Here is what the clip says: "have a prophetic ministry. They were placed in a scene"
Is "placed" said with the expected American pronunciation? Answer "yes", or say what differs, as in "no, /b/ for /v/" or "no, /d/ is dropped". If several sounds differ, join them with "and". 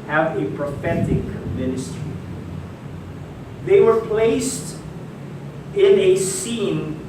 yes